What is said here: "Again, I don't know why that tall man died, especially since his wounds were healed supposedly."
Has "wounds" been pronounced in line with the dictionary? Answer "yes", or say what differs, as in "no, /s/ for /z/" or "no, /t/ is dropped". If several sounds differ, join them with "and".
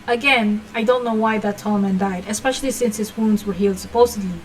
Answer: yes